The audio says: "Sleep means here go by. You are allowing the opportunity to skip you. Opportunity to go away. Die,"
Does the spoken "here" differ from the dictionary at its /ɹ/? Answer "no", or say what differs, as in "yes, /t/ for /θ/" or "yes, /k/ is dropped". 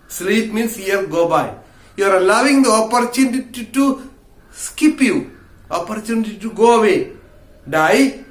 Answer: yes, /l/ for /ɹ/